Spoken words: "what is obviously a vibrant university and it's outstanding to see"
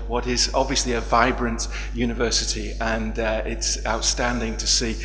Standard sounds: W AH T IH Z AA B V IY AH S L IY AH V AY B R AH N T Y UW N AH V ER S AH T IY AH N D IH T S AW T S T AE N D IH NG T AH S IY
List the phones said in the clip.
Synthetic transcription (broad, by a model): W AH T IH Z AA B V IY AH S L IY AH V AY B R AH N T Y UW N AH V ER S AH T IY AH N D IH T S AW T S T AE N D IH NG T AH S IY